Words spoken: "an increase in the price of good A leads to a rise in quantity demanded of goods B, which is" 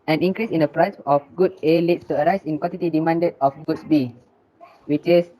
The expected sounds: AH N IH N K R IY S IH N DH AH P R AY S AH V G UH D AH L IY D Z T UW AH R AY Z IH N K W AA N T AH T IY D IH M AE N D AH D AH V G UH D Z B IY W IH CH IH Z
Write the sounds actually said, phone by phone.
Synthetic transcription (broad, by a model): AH N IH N K R IY S IH N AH P R AY S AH F G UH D AH L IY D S T UW AH R AY S IH N K W AA N T AH T IY D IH M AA N D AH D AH F G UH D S B IY W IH CH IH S